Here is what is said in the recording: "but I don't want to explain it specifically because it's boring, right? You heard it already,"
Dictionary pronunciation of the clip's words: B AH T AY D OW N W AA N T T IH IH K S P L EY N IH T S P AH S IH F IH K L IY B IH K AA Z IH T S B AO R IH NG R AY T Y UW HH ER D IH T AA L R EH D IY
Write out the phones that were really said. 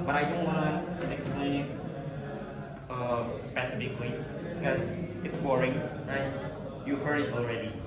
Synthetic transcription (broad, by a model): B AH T AY D OW N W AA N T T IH IH K S P L EY N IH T S P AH S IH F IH K W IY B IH K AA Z IH T S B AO R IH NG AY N Y UW HH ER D IH T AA L R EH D IY